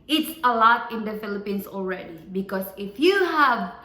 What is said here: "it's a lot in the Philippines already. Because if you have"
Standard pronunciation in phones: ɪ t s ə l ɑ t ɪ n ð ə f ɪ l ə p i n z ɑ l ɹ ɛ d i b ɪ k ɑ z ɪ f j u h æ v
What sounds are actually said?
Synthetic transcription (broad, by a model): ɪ t s ə l ɑ t ɪ n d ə f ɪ l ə p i n s ɑ l ɹ ɛ d i b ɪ k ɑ s ɪ f j u h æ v